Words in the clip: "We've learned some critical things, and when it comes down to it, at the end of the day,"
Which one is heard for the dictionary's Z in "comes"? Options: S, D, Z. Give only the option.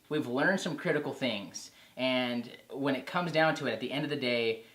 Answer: Z